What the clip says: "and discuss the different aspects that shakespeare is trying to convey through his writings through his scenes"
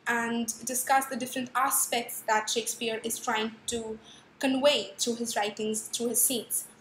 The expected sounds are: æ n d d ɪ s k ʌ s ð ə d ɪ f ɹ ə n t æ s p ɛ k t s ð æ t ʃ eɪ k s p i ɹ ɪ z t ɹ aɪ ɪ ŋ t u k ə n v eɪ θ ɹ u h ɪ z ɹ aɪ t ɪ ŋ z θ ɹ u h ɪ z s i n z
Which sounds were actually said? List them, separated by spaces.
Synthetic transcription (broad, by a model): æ n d d ɪ s k ʌ s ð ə d ɪ f ɹ ə n t æ s p ɛ k t s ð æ t ʃ eɪ k s p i ɹ ɪ z t ɹ aɪ ɪ ŋ t u k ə n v eɪ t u h ɪ z ɹ aɪ t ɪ ŋ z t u h ɪ z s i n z